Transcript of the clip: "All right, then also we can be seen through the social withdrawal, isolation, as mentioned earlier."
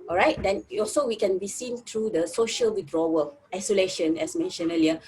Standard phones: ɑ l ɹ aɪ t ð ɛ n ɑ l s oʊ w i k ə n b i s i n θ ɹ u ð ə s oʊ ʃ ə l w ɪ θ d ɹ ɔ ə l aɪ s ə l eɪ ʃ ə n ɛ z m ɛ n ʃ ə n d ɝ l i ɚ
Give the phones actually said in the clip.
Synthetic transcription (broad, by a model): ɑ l ɹ aɪ t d ɛ n ɑ l s oʊ w i k ə n b i s i n t ɹ u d ə s oʊ ʃ ə l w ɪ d ɹ ɔ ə aɪ s ə l eɪ ʃ ə n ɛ s m ɛ n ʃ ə n ɝ l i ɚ